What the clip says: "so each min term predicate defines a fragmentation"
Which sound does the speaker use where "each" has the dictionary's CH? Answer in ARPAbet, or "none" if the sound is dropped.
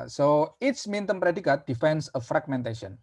S